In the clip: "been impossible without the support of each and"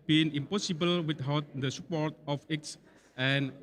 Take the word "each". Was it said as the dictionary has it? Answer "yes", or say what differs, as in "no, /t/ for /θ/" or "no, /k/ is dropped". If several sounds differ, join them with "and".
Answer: no, /s/ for /tʃ/